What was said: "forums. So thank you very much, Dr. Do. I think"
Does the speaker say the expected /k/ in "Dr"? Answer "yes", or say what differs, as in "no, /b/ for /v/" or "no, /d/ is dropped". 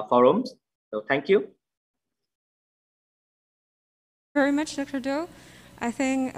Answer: yes